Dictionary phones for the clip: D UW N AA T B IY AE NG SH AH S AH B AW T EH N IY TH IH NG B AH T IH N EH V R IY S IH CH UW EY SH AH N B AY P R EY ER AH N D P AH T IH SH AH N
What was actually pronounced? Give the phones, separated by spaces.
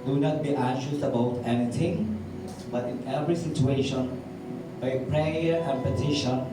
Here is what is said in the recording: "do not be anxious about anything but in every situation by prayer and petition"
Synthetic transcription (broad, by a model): D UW N AA T B IY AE SH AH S AH B AW T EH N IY T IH NG B AH T IH N EH V R IY S IH CH UW EY SH AH N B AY P R EY ER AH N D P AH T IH SH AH N